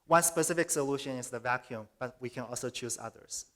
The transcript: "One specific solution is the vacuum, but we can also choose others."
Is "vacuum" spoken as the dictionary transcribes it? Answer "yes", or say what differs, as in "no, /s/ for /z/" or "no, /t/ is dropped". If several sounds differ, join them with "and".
yes